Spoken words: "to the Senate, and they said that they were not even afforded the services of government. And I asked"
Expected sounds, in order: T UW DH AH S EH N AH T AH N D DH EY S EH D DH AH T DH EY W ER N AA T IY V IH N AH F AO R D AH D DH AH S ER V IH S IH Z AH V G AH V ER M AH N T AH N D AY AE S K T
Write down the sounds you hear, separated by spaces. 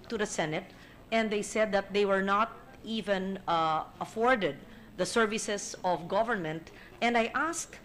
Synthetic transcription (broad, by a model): T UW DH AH S EH N AH T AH N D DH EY S EH D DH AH T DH EY W ER N AA T IY V IH N AH F AO R D AH D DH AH S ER V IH S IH S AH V G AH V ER M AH N T AH N D AY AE S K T